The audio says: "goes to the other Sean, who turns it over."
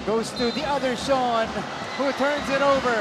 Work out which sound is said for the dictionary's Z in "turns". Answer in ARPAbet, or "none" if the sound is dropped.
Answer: Z